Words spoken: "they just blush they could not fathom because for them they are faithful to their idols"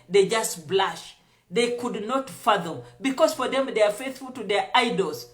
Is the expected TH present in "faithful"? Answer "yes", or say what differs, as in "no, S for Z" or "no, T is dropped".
yes